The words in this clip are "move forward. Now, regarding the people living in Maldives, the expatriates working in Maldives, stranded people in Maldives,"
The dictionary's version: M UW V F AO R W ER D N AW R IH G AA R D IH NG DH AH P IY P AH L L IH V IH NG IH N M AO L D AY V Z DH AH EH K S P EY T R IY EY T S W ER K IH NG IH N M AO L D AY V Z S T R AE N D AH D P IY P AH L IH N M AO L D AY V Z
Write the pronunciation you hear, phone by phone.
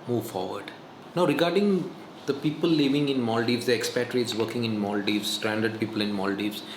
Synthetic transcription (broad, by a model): M UW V F AO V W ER D N AW R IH G AA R D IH NG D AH P IY P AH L L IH V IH NG IH N M AO L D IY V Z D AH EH K S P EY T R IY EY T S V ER K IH NG IH N M AO L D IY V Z S T R AE N D AH D P IY P AH L IH N M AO L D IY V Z